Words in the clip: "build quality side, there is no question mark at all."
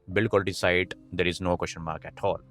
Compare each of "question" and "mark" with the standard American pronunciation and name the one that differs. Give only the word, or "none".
question